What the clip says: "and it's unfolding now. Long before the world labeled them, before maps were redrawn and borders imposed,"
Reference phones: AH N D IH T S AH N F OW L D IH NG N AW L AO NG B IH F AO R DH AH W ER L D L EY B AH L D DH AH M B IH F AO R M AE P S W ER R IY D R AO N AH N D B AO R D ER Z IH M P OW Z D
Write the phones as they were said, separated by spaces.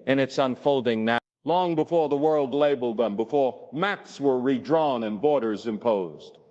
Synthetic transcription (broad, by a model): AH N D IH T S AH N F OW L D IH NG N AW L AO NG B IH F AO R DH AH W ER L D L EY B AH L D DH AH M B IH F AO R M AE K S W ER R IY D R AO N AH N B AO R D ER Z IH M P OW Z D